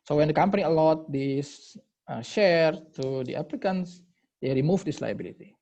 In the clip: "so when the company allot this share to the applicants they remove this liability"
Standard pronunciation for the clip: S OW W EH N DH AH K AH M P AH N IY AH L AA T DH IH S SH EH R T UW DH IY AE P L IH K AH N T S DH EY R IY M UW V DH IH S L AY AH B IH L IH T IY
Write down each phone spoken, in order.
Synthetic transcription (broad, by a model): S OW W EH N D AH K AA M P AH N IY AH L AA T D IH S SH EH R T UW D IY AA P L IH K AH N S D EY R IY M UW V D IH S L AY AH B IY L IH T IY